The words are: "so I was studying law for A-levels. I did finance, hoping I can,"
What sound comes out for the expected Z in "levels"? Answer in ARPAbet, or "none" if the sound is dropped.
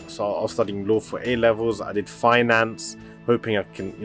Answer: Z